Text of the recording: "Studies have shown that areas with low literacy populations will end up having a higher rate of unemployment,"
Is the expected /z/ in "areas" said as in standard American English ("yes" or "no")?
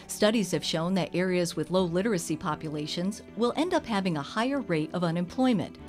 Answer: yes